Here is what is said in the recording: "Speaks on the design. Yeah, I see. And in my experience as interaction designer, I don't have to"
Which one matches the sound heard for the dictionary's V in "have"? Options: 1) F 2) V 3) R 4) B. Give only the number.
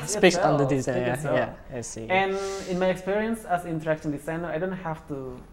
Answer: 1